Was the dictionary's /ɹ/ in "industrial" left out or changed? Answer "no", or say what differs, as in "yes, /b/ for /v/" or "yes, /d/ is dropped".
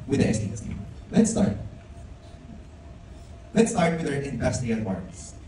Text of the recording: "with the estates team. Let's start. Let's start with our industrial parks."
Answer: yes, /ɹ/ is dropped